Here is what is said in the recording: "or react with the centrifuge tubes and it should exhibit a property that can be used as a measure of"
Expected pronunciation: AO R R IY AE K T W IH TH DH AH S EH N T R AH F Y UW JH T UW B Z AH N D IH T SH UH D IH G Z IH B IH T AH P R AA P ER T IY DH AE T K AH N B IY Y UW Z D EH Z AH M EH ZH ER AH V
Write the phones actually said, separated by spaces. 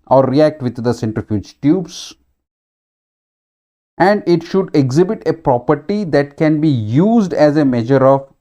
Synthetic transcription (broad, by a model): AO R R IY AE K T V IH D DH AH S EH N T R AH F Y UW JH T UW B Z AH N D IH T SH UH D IH G Z IH B IH T AH P R AA P ER T IY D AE T K AH N B IY Y UW Z D EH Z AH M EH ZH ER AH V